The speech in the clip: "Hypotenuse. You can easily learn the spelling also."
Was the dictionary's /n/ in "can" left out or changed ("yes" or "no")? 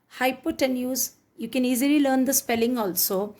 no